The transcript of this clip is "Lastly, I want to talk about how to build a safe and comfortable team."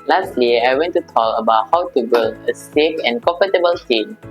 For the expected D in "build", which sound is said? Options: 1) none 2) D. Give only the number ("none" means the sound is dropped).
1